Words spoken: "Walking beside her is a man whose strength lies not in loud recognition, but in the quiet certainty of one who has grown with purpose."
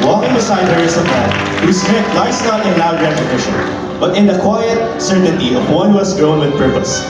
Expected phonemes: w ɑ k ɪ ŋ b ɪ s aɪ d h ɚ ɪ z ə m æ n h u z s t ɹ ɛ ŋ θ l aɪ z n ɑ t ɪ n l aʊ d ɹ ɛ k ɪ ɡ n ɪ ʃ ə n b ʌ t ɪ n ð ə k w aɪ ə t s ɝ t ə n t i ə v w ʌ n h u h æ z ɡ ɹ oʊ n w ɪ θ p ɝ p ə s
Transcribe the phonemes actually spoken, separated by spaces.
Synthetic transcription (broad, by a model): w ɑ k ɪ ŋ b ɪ s aɪ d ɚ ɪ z ə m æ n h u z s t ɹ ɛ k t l aɪ s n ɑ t ɪ n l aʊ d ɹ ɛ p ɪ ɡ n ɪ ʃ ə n b ʌ t ɪ n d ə k w aɪ ə t s ɝ t ə n t i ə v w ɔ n h u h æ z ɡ ɹ oʊ n w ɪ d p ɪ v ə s